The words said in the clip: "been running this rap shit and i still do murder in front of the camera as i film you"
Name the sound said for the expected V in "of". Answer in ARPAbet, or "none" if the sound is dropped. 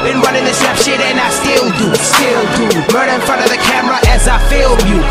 V